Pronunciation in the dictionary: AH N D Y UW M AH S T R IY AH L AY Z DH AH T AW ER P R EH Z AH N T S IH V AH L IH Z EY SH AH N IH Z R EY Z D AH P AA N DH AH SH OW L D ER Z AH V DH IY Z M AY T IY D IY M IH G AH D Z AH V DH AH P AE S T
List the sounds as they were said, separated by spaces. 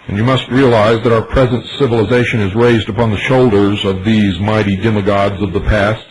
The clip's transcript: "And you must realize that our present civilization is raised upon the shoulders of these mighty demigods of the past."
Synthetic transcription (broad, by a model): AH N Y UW M AH S T R IY AH L AY Z DH AH T AW ER P R EH Z AH N T S IH V AH L IH Z EY SH AH N IH Z R EY Z D AH P AA N DH AH SH OW L D ER Z AH V DH IY Z M AY T IY D IY M IH G AH D Z AH V DH AH P AE S T